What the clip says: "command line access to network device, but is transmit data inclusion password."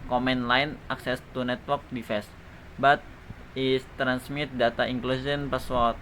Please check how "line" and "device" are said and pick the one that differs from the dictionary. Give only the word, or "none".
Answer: device